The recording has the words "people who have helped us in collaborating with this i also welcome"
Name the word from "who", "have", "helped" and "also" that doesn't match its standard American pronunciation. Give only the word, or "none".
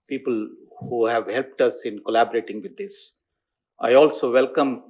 none